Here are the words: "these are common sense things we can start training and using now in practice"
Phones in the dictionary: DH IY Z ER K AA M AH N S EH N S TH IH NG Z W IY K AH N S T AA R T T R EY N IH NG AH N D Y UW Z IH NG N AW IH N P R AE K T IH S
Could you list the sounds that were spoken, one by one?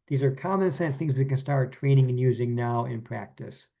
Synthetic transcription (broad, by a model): DH IY Z ER K AA M AH N S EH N TH IH NG Z W IY K AH N S T AA R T T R EY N IH NG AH N Y UW Z IH NG N AW IH N P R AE K T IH S